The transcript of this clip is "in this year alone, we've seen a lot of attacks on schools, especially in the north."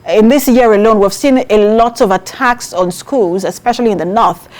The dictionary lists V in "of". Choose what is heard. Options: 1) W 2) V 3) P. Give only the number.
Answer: 2